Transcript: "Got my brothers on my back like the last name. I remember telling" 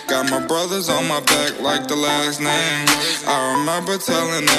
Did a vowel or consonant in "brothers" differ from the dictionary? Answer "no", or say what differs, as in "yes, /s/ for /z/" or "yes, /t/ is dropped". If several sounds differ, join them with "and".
no